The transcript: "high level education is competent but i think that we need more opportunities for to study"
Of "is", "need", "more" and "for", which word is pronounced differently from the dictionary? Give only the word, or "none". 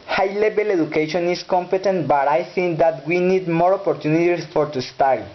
is